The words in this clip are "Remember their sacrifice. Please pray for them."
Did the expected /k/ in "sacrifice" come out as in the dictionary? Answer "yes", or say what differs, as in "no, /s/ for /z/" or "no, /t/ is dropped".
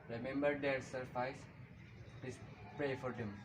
no, /k/ is dropped